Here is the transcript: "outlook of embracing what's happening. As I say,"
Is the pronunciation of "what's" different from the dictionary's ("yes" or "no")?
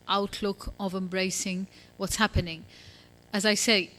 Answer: no